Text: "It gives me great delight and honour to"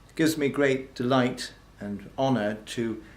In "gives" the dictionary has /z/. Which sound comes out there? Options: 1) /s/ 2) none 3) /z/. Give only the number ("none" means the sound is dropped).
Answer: 3